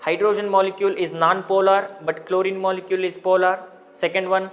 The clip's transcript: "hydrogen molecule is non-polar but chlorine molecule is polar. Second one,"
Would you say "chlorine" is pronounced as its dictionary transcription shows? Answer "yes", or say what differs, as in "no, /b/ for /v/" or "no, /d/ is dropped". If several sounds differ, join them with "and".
yes